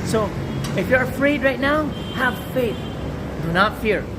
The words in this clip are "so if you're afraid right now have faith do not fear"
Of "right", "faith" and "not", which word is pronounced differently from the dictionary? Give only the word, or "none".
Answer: none